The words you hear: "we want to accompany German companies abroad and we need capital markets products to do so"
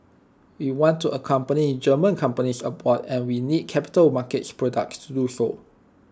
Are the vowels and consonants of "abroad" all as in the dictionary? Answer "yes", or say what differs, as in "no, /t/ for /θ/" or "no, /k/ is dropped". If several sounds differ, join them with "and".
no, /ɹ/ is dropped